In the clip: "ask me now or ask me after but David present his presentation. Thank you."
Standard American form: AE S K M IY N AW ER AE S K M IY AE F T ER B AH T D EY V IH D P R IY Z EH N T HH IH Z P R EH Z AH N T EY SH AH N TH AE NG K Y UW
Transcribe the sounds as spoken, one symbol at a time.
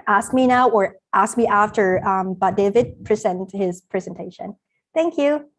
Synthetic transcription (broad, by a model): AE S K M IY N AW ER AE S K M IY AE F T ER B AH T D EY V IH D P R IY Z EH N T HH IH Z P R EH Z AH N T EY SH AH N TH AE NG K Y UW